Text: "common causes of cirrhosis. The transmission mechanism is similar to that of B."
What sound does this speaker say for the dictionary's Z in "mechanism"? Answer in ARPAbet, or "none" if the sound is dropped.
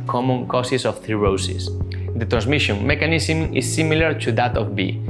S